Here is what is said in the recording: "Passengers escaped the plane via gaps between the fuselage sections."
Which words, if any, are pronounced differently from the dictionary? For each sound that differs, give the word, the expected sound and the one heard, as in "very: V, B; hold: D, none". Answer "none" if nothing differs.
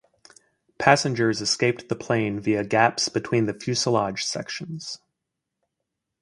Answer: none